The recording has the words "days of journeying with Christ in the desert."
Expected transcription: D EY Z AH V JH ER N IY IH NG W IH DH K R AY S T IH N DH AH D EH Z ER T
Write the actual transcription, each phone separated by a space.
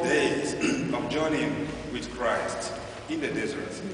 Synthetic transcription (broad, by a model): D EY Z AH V JH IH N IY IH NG W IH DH K R AY S T IH N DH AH D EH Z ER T